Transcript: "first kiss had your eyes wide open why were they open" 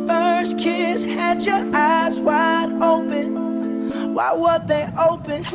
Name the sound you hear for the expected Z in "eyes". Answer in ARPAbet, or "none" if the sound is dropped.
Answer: Z